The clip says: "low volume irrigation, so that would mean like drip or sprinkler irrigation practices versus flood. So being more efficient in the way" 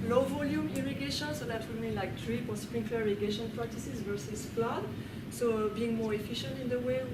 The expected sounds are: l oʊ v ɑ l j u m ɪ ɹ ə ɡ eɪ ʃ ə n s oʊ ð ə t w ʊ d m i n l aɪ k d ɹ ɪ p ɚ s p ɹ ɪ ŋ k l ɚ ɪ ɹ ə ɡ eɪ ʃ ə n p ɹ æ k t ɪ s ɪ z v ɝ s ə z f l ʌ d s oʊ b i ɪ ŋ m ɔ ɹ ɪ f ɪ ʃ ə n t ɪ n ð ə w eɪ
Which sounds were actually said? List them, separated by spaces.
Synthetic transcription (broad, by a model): l oʊ v ɑ l j u m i ɹ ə ɡ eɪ ʃ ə n s oʊ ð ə t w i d m i n l aɪ k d ɹ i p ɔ s p ɹ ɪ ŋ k ɚ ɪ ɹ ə ɡ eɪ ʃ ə n p ɹ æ k t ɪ s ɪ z v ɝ s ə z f l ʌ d s oʊ b i ɪ ŋ m ɔ ɹ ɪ f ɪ ʃ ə n t ɪ n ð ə w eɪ